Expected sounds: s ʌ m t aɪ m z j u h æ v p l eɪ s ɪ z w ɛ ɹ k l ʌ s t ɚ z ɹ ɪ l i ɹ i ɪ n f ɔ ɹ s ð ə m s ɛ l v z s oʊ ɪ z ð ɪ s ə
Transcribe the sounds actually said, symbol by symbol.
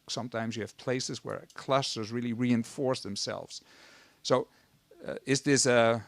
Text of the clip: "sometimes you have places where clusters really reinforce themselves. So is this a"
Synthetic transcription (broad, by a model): s ʌ m t aɪ m z j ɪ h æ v p l eɪ s ɪ z w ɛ ɹ k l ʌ s t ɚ z ɹ ɪ l i ɹ i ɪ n f ɔ ɹ s ð ə m s ɛ l v z s oʊ ɪ z ð ɪ s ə